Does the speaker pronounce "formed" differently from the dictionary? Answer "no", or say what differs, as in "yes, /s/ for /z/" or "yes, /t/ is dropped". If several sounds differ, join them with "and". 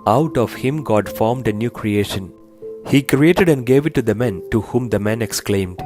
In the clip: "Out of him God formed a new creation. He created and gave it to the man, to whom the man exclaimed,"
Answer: no